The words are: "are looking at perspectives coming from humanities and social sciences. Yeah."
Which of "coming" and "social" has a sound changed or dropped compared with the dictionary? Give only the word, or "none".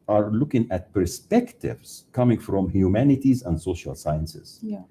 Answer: none